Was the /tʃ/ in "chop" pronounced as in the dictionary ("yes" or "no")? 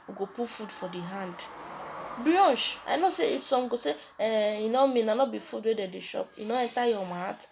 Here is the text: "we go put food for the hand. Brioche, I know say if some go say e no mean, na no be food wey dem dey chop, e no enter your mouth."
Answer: no